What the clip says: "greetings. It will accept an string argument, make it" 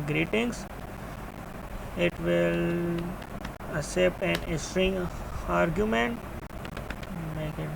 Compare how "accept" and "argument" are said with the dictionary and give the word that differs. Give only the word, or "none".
accept